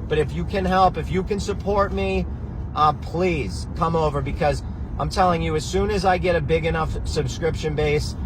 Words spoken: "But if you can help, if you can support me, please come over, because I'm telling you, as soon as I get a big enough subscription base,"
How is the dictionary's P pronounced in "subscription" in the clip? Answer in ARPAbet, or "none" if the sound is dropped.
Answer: P